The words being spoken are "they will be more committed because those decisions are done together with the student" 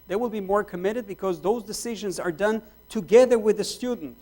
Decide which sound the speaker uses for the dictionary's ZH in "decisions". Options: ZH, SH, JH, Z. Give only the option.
ZH